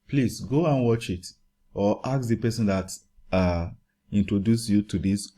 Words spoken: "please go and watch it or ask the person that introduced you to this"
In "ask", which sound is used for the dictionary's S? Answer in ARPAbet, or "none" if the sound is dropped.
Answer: none